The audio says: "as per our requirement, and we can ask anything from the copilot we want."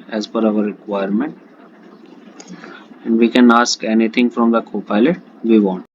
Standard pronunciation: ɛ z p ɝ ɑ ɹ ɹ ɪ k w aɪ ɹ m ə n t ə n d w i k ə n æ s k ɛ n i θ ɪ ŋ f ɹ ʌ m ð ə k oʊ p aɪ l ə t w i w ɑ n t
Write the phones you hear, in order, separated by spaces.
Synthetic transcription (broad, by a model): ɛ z f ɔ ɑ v ɹ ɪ k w aɪ ɹ m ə n t ə n d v i k ə n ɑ s k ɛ n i t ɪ ŋ f ɹ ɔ m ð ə k oʊ p aɪ l ə t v i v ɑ n t